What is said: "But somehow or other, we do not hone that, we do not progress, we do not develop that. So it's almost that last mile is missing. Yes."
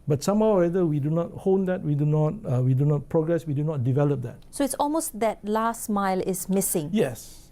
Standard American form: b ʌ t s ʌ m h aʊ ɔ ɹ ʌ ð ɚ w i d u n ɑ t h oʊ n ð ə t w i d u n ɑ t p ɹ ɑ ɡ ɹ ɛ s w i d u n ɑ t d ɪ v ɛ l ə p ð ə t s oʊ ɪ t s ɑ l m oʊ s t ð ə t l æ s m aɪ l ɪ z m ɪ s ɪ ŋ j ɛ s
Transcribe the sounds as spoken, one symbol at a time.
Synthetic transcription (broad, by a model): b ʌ t s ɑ m h aʊ ɔ ɹ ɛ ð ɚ w i d u n ɑ t h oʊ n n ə t w i d u n ɑ t p ɹ ɑ ɡ ɹ ɛ s w i d u n ɑ t d ɪ v ɛ l ə p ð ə t s oʊ ɪ t s ɑ l m oʊ s t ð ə t l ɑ s m aɪ l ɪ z m ɪ s ɪ ŋ j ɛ s